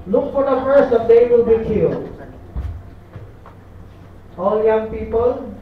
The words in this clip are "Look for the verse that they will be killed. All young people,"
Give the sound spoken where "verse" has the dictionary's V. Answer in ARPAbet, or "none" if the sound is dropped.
F